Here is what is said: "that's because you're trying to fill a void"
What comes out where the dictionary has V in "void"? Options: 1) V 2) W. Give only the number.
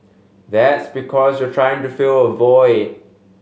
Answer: 1